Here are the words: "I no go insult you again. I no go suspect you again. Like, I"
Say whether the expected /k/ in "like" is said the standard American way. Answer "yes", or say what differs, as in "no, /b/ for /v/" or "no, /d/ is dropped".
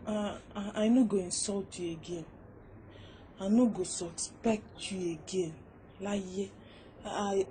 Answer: no, /k/ is dropped